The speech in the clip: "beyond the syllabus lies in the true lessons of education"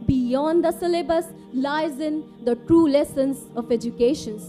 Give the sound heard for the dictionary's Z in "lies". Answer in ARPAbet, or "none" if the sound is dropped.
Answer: Z